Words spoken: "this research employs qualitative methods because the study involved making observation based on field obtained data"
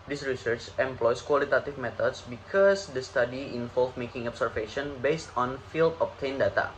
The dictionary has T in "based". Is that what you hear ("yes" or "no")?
yes